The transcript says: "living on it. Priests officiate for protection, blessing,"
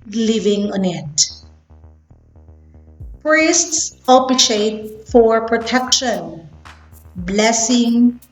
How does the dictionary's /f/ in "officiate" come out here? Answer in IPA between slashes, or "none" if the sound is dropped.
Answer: /p/